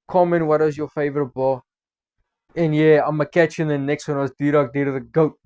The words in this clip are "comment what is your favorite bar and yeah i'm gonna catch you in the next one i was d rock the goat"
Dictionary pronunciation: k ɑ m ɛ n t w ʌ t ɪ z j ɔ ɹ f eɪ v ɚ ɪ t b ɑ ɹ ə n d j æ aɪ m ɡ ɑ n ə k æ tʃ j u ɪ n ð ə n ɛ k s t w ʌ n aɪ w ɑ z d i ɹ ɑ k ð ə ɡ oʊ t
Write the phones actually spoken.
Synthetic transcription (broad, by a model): k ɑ m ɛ n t w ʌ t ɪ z j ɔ f eɪ v ɚ ɪ t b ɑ l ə n j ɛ aɪ m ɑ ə k æ tʃ ɪ n ð ə n ɛ k s t w ʌ n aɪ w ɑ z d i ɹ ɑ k ð ə ɡ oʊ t